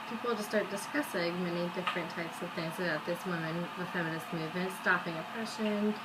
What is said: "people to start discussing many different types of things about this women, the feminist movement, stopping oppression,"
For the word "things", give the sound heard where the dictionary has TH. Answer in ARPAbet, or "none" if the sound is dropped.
TH